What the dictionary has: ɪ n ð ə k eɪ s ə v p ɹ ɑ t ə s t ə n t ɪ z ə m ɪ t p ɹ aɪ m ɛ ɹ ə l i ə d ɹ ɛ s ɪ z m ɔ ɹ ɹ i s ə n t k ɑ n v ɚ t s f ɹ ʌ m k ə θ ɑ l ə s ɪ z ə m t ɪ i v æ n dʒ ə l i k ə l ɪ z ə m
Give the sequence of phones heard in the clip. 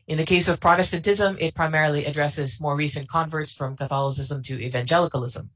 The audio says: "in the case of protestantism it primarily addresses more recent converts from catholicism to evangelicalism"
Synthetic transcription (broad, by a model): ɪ n ð ə k eɪ s ə v p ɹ ɑ t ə s t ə n t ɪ z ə m ɪ t p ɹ aɪ m ɛ ɹ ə l i ə d ɹ ɛ s ɪ z m ɔ ɹ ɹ i s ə n k ɑ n v ɚ t s f ɹ ʌ m k ə θ ɑ l ə s ɪ z ə m t ɪ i v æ n dʒ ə l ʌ k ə l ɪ z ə m